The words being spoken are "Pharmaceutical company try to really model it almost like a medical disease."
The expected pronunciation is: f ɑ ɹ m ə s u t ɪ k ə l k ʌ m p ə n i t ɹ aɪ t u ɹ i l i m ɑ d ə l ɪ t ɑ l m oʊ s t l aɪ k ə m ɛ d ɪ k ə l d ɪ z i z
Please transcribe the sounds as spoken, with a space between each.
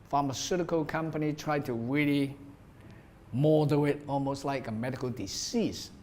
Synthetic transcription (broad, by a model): f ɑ m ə s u t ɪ k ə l k ʌ m p ə n i t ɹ aɪ t u ɹ i l i m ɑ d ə ɪ t ɑ l m oʊ s t l aɪ k ə m ɛ d ɪ k ə l d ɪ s i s